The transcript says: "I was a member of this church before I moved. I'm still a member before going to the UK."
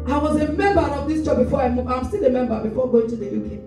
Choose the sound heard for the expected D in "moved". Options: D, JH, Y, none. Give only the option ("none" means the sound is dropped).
none